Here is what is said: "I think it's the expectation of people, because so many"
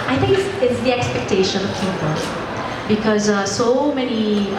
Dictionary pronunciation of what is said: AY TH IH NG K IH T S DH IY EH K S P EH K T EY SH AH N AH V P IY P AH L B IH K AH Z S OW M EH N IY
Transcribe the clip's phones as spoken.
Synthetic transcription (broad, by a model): AY T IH NG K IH S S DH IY EH K S P EH K T EY SH AH N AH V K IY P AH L B IH K AH Z S OW M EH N IY